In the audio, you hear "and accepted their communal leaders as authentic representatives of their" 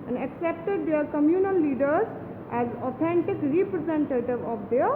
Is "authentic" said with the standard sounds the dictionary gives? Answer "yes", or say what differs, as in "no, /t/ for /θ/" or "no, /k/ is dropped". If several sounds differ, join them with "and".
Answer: no, /t/ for /θ/